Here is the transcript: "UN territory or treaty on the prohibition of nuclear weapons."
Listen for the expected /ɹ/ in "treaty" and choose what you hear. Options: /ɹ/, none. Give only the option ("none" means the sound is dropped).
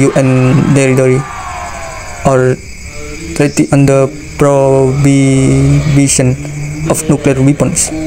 none